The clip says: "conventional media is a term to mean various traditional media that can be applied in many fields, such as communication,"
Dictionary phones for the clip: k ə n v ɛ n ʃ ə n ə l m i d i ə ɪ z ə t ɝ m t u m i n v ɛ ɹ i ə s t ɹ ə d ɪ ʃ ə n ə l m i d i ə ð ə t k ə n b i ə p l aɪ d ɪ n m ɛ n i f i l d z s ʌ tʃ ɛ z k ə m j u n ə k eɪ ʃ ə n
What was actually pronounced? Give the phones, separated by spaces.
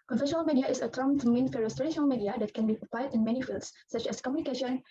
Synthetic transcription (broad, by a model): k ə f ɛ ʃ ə n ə l m i d i ə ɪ s ə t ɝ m t u m i n f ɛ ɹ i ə s t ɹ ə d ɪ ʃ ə n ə l m i d i ə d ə t k ə n b i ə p aɪ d ɪ n m ɛ n i f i l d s s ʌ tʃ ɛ s k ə m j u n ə k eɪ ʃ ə n